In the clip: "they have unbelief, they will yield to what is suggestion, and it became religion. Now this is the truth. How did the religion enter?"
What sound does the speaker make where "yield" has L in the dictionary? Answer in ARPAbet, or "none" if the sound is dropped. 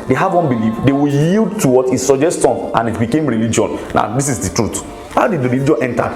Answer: L